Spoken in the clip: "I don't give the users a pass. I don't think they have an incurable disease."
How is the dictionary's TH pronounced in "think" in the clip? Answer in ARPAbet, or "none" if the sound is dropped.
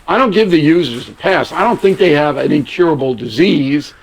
TH